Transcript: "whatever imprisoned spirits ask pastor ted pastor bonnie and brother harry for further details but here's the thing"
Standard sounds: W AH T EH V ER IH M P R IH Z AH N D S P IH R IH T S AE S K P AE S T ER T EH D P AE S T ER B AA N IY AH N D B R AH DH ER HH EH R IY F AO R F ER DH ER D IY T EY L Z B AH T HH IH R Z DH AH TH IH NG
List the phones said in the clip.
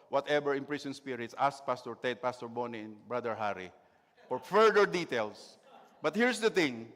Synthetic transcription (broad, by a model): W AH T EH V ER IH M P R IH S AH N S P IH R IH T S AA S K P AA S T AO T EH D P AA S T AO B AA N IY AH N B R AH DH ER HH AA R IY F AO R F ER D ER D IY T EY L S B AH T HH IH R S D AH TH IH NG